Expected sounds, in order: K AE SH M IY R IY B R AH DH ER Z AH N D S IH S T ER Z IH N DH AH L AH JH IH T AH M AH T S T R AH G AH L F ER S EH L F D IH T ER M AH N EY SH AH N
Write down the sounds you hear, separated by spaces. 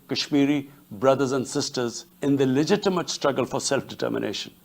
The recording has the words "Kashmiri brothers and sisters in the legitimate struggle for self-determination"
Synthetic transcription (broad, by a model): K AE SH M IY R IY B R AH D ER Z AH N D S IH S T ER Z IH N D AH L AH JH IH T AH M AH T S T R AH G AH L F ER S EH L F D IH T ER M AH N EY SH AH N